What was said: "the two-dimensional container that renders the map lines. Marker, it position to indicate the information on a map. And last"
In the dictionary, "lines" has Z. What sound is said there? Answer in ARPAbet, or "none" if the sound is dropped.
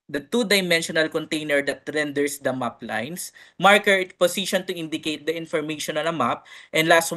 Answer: S